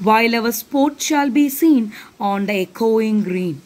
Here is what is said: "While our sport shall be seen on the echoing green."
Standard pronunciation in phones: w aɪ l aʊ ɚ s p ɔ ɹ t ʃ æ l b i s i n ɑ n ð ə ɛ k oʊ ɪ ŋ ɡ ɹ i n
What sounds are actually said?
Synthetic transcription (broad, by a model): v aɪ l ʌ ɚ s p ɔ ɹ t ʃ æ l b i s i n ɑ n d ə ɛ k oʊ ɪ ŋ ɡ ɹ i n